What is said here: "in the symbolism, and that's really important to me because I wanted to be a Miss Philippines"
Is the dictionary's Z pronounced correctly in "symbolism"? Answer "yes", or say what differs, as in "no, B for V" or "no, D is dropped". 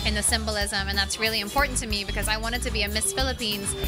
yes